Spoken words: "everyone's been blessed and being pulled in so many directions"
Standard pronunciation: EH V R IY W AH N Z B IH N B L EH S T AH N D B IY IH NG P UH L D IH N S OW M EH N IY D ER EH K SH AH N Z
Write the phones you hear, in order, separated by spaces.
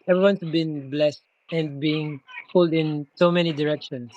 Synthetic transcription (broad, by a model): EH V R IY W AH N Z B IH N B L EH S T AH N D B IY IH NG F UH L D IH N S OW M EH N IY D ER EH K SH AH N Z